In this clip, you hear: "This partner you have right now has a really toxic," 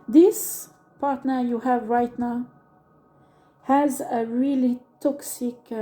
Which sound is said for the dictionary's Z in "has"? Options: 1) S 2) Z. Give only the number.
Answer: 2